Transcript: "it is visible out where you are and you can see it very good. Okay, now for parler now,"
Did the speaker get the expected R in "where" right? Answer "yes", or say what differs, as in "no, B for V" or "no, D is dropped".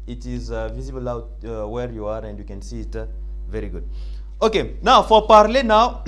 yes